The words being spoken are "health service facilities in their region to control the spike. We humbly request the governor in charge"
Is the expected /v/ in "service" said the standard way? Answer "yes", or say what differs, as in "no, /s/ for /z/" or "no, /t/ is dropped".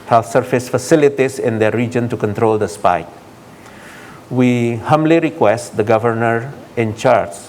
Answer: no, /f/ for /v/